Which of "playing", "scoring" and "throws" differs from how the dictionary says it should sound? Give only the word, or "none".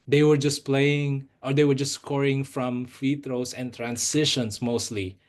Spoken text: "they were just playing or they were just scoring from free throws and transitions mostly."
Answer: throws